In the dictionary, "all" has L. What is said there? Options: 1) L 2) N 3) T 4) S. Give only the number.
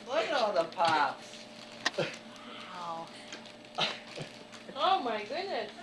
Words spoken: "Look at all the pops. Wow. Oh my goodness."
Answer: 2